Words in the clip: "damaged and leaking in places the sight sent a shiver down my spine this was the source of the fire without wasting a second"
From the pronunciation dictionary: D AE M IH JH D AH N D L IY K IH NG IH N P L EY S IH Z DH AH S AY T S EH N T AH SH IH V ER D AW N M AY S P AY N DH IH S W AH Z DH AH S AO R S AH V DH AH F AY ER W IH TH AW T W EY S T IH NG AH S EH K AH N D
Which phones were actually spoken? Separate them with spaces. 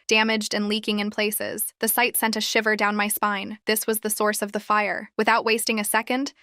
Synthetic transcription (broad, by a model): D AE M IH JH D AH N L IY K IH NG IH N P L EY S IH Z DH AH S AY T S EH N T AH SH IH V ER D AW N M AY S P AY N DH IH S W AH Z DH AH S AO R S AH V DH AH F AY ER W IH TH AW T W EY S T IH NG AH S EH K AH N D